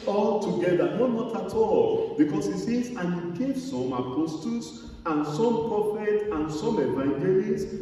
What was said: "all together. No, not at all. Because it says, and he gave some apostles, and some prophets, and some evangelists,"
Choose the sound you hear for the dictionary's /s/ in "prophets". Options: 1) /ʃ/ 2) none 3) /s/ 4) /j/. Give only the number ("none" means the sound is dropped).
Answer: 2